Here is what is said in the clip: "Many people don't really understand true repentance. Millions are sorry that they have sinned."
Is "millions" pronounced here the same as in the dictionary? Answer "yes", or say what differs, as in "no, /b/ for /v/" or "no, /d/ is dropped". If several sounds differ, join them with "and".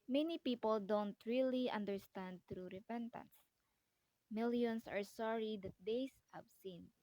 no, /s/ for /z/